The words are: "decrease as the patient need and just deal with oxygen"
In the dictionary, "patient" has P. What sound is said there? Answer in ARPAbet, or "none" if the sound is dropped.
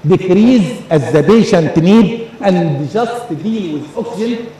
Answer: B